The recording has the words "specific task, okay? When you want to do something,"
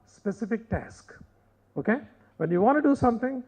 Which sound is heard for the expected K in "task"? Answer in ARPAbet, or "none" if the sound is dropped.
K